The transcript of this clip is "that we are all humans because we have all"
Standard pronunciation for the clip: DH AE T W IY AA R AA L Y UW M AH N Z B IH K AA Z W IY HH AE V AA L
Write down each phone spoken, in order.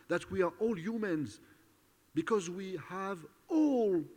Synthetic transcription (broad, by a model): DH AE T W IY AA R AA L Y UW M AH N Z B IH K AA Z W IY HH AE V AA L